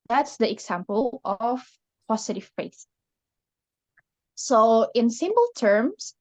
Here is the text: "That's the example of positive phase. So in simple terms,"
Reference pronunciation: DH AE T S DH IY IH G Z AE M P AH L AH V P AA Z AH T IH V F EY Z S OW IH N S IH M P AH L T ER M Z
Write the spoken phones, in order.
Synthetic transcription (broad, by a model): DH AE T S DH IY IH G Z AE M P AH L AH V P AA S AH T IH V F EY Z S OW IH N S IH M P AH L T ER M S